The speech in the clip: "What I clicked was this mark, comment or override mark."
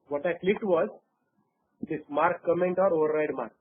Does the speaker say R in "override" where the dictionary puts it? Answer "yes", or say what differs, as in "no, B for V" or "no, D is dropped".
yes